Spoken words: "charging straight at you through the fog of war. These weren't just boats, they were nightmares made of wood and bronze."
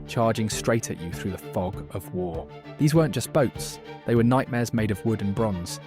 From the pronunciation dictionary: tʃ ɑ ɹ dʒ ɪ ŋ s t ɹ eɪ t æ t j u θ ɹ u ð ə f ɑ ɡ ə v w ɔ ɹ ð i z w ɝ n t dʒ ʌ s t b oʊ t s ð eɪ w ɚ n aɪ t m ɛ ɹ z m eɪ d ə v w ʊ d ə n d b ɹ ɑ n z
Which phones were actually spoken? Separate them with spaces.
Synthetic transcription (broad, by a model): tʃ ɑ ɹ dʒ ɪ ŋ s t ɹ eɪ t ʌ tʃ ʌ θ ɹ u ð ə f ɑ ɡ ə v w ɔ ð i z w ɝ n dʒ ʌ s b oʊ t s ð eɪ w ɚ n aɪ t m ɛ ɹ z m eɪ d ə v w ʊ d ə n b ɹ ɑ n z